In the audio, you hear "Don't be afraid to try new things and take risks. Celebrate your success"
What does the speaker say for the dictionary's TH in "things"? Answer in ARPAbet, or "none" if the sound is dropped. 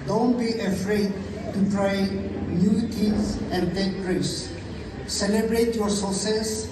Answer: T